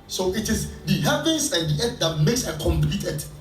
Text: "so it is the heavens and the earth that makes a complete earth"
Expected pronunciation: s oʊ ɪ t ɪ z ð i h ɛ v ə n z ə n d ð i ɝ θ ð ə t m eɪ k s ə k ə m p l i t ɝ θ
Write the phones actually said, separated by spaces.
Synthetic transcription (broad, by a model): s oʊ ɪ t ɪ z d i h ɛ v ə n s ə n d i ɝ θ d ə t m eɪ k s ə k ə m p l i t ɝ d